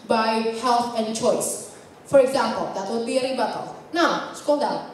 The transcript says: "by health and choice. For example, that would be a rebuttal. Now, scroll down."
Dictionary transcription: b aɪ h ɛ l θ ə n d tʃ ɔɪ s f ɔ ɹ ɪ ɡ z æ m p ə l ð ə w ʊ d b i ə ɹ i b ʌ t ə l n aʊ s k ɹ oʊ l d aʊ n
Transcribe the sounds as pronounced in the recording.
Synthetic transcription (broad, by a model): b aɪ h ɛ l t ə n d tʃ ɔɪ s f ɔ ɹ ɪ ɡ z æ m p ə l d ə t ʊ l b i ə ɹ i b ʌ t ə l n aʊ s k oʊ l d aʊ